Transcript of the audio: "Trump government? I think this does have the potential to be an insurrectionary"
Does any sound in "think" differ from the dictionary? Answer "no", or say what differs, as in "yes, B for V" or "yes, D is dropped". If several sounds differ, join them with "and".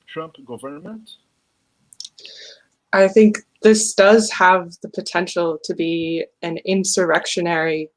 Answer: no